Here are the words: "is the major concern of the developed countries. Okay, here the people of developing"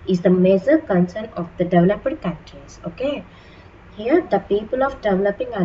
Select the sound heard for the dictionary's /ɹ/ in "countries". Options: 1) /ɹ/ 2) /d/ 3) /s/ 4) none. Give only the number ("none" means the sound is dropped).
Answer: 4